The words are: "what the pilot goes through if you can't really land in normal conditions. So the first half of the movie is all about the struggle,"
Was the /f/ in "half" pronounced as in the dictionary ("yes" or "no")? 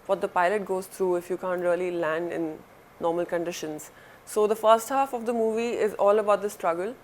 yes